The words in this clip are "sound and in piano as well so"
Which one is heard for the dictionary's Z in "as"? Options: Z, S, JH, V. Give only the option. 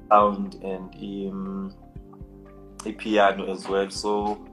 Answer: Z